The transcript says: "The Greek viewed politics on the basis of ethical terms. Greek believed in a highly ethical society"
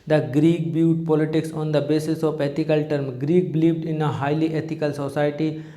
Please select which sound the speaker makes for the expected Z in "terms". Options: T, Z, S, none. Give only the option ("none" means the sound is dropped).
none